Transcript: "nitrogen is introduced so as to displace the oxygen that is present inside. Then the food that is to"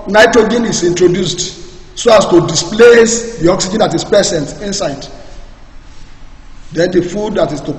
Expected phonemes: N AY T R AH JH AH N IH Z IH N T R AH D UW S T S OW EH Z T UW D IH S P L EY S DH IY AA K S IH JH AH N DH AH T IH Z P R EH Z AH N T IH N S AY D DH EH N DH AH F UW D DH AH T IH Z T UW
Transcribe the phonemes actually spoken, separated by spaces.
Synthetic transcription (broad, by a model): N AY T R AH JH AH N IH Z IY N T R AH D UW S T S OW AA S T UW D IH S P L EY S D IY AA K S IH JH AH N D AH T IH S P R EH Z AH N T IH N S AY D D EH N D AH F UW D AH T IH S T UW